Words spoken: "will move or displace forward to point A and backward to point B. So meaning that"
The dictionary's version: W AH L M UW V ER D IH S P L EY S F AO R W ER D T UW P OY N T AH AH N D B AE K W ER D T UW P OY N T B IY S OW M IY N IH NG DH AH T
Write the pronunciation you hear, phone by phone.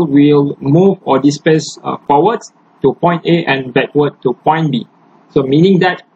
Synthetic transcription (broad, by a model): W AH L M UW V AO D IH S P EY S F AO W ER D T UW P OY N T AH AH N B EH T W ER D T UW P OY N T B IY S OW M IY N IH NG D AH T